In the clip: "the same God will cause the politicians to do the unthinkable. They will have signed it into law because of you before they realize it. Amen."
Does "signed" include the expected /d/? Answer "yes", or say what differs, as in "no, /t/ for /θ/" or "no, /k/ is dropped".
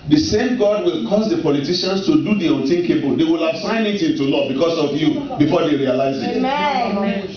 no, /d/ is dropped